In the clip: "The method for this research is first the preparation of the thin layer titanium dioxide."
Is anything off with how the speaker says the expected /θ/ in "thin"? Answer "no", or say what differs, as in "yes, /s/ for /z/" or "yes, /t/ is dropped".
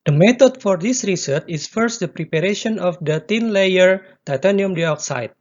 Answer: yes, /t/ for /θ/